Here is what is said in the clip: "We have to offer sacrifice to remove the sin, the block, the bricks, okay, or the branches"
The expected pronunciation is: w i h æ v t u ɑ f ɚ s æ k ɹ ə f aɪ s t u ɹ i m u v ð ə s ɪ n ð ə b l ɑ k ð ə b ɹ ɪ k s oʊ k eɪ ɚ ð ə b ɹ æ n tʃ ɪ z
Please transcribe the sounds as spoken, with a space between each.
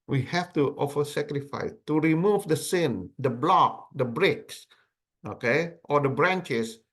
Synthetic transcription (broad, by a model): w i h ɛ f t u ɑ f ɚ s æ k ɹ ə f aɪ s t u ɹ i m u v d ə s ɪ n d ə b l ɑ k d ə b ɹ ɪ k s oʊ k eɪ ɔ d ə b ɹ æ n tʃ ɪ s